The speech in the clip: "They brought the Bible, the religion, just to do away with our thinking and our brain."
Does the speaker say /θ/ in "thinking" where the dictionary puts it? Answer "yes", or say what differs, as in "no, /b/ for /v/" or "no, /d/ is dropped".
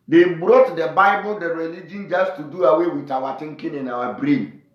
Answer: no, /t/ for /θ/